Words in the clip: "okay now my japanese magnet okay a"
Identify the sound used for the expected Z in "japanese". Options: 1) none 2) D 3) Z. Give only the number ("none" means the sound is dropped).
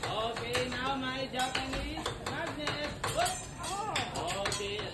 1